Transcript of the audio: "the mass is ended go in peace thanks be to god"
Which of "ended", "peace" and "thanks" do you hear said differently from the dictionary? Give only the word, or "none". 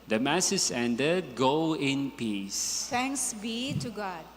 thanks